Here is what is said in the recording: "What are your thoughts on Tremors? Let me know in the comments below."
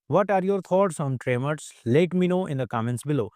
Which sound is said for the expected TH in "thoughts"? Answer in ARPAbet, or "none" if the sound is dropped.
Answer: T